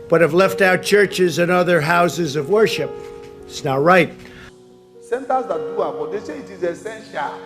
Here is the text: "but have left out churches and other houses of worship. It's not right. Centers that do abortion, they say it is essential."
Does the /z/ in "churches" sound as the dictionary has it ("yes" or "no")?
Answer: yes